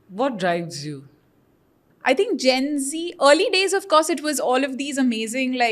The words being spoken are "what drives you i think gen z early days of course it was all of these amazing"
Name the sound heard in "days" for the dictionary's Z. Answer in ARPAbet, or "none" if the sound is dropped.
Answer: Z